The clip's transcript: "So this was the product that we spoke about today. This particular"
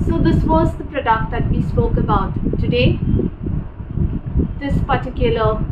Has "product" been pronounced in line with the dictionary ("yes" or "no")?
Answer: yes